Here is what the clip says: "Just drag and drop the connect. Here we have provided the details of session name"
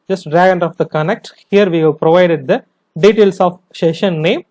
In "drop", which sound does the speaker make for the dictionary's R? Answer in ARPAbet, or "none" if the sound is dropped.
none